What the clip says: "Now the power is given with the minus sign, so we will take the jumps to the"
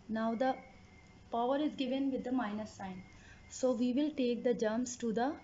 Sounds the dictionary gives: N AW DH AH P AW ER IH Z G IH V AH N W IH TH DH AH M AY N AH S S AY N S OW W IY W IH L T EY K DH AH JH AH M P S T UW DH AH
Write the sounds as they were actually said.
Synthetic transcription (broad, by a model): N AW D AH P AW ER IH Z G IH V AH N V IH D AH M AY N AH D S AY N S OW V IY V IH L T EY K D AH JH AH M S T UW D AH